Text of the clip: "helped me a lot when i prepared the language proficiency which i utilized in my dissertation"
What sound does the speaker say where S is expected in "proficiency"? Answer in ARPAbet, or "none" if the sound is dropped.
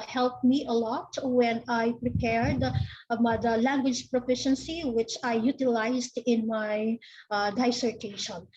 S